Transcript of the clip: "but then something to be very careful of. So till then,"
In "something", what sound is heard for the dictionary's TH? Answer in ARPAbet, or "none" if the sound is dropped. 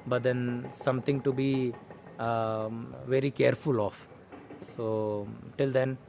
T